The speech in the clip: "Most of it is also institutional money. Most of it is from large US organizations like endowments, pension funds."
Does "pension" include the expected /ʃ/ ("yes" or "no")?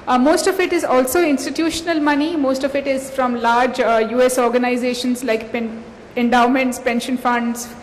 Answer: yes